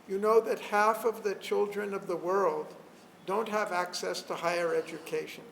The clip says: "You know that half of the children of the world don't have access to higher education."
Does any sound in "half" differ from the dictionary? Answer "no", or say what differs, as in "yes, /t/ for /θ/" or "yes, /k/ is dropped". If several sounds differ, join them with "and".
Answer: no